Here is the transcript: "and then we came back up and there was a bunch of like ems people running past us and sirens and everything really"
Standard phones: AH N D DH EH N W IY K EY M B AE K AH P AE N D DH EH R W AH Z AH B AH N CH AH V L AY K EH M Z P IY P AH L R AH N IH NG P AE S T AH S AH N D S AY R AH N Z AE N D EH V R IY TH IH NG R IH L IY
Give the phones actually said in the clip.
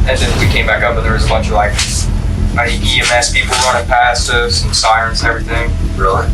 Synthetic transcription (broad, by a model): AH N DH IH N W IY K EY M B AE K AH P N DH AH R W AH Z AH B AH N CH AH V L AY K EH M S P IY P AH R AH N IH P AE S T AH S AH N S AY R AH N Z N EH V R IY TH IH NG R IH L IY